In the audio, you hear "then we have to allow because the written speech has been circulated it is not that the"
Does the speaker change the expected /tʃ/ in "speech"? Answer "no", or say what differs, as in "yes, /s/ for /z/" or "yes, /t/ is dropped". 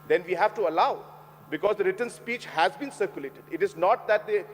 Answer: no